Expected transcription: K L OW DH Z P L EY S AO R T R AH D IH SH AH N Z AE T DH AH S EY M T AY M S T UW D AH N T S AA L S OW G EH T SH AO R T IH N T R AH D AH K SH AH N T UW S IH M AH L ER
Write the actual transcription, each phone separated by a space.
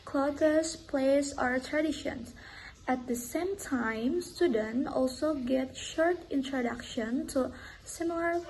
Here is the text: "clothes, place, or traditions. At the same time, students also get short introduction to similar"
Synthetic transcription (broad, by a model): K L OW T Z P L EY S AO R T R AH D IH SH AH N AE T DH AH S EY M T AY M S T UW D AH N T AA L S OW G EH T SH AO R T IH N T R AH D AH K SH AH N T UW S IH M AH L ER